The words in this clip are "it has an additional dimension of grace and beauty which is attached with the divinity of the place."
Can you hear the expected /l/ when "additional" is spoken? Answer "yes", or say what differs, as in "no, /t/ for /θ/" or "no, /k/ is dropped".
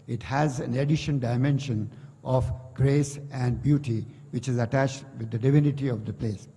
no, /n/ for /l/